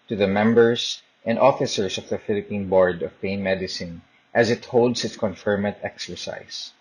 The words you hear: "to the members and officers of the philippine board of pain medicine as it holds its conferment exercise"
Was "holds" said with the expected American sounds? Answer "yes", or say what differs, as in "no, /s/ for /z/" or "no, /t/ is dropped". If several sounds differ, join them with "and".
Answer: no, /s/ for /z/